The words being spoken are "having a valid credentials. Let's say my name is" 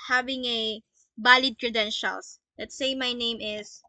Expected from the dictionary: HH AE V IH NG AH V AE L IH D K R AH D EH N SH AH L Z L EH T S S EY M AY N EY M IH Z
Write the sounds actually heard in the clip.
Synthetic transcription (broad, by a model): HH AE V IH NG AH B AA L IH D K R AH D EH N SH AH L S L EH T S S EY M AY N EY M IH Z